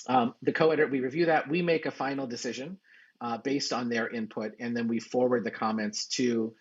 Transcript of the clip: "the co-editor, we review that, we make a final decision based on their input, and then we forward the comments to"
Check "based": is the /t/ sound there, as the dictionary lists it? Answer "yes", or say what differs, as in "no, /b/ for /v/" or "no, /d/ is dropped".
yes